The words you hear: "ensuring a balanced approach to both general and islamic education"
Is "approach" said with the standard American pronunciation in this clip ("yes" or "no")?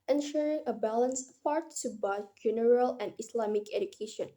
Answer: no